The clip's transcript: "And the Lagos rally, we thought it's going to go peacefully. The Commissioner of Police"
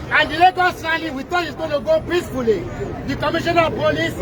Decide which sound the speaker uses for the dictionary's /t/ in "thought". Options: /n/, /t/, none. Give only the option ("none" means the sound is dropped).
none